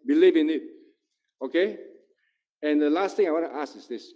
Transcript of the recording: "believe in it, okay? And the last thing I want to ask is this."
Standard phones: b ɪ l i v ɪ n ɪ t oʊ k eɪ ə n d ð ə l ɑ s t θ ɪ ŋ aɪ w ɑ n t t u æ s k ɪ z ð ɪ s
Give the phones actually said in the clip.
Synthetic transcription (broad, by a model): b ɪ l i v ɪ n ɪ t oʊ k eɪ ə n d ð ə l ɑ s t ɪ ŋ aɪ w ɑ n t t u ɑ s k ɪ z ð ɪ s